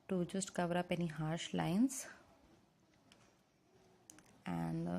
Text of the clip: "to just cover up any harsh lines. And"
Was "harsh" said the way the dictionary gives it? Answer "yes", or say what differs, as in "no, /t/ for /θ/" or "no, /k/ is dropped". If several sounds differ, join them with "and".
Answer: yes